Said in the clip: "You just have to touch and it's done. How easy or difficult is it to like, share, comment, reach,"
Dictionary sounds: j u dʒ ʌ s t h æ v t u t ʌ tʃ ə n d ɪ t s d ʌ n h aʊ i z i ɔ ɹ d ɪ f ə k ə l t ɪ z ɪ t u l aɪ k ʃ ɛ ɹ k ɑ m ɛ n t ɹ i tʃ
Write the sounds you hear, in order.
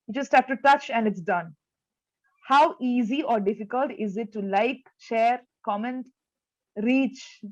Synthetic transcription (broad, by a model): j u dʒ ʌ s t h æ p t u t ʌ tʃ ə n d ɪ t s d ʌ n h aʊ i z i ɔ ɹ d ɪ f ə k ə l t ɪ z ɪ t u l aɪ k ʃ ɛ ɹ k ɑ m ɛ n t ɹ i tʃ